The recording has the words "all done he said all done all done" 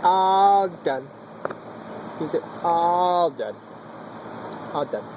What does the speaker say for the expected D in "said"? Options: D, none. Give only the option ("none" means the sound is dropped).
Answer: none